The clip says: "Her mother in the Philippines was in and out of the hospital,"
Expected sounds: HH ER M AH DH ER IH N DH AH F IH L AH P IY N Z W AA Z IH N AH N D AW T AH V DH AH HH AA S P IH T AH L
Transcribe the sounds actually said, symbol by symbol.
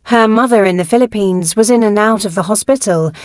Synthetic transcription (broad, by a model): HH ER M AH DH ER IH N DH AH F IH L AH P IY N Z W AA Z IH N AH N AW T AH V DH AH HH AA S P IH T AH L